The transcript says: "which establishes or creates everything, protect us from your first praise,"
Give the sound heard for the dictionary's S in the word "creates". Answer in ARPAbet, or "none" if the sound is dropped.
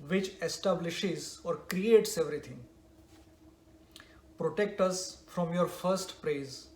S